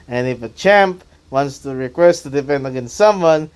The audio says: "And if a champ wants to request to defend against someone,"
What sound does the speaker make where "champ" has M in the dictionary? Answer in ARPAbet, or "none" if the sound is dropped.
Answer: M